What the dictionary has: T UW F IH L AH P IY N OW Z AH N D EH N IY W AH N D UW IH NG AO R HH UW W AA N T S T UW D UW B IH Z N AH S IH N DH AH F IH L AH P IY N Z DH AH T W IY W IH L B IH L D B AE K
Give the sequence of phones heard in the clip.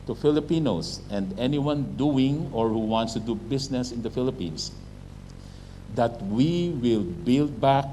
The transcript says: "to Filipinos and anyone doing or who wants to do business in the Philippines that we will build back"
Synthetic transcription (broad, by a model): T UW F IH L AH P IY N OW S AH N D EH N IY W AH N D UW IH NG AO R HH UW W AA N T S T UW D UW B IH S N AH S IH N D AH F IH L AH P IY N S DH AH T W IY W IH L B IH L D B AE K